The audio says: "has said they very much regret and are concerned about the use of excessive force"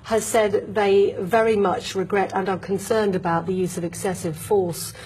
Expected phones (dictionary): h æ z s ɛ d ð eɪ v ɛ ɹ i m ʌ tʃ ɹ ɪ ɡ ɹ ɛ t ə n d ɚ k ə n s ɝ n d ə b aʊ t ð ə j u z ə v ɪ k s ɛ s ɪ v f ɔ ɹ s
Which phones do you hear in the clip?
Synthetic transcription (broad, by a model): h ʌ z s ɛ d ð eɪ v ɛ ɹ i m ʌ tʃ ɹ ɪ ɡ ɹ ɛ t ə n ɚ k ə n s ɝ n d ə b aʊ t ð ə j u z ə v ɪ k s ɛ s ɪ v f ɔ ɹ s